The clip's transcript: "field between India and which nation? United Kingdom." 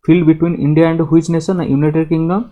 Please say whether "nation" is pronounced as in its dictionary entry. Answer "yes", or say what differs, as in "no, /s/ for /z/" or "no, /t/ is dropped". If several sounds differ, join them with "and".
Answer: no, /s/ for /ʃ/